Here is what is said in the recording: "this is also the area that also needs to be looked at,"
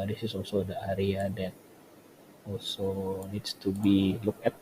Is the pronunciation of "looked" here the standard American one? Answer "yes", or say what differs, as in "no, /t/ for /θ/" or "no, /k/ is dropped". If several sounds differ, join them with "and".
no, /t/ is dropped